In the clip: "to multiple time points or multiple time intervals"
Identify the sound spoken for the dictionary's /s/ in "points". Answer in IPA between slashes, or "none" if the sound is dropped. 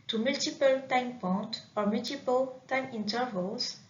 none